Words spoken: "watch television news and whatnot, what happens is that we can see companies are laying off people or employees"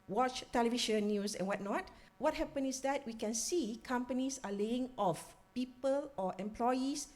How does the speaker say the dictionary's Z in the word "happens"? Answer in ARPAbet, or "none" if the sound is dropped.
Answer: none